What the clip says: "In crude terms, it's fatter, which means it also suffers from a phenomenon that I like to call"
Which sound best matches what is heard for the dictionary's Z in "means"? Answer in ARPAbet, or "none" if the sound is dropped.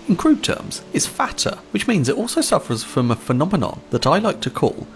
Z